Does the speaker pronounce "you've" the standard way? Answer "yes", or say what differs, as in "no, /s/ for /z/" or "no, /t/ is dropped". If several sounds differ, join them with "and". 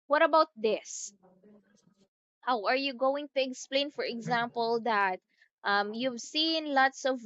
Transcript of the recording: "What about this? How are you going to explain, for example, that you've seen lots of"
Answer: yes